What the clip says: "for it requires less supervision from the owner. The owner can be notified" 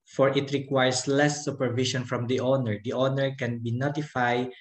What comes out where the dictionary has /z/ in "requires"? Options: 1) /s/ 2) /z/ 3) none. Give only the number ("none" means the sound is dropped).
1